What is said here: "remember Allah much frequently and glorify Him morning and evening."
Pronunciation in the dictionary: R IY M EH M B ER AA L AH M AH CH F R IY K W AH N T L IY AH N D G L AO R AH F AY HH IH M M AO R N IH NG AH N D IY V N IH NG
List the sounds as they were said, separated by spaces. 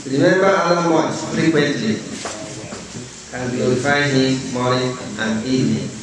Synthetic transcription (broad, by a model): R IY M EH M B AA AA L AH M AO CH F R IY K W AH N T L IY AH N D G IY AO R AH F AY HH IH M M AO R IH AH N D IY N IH